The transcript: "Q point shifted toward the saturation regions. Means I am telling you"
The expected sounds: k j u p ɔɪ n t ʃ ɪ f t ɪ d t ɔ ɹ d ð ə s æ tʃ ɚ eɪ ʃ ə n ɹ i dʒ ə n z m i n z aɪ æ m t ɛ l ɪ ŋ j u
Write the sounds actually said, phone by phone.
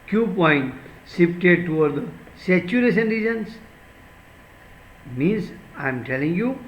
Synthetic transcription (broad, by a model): k j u p ɔɪ n t s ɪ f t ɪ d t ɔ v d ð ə s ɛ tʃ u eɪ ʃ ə n ɹ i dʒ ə n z m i n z aɪ m t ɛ l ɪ ŋ j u